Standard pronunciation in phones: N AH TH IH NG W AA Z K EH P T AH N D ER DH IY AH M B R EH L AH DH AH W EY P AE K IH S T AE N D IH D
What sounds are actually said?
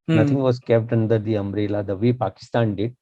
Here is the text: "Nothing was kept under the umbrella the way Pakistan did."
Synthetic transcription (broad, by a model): N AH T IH NG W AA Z K EH P T AH N D ER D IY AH M R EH L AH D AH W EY P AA K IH S T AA N D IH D